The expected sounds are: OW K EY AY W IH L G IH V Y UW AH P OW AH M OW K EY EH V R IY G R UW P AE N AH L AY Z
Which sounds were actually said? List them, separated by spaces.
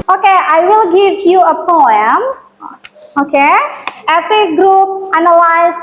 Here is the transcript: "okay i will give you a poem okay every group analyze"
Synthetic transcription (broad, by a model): OW K EY AY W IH L G IH V Y UW AH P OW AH M OW K EY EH F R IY G R UW P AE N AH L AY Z